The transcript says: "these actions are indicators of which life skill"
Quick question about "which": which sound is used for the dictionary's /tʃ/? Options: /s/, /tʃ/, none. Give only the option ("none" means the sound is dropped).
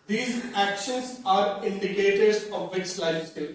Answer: /s/